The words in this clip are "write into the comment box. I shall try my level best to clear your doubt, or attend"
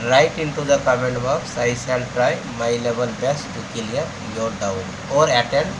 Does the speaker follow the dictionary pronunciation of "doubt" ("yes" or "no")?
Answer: no